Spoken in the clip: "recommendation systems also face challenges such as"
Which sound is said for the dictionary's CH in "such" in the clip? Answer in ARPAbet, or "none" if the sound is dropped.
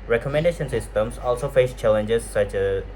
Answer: CH